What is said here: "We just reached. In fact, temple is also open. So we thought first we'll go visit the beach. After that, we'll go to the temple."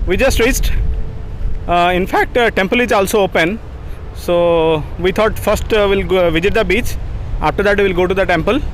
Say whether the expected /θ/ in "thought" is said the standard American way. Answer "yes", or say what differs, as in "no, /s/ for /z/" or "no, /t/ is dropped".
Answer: no, /t/ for /θ/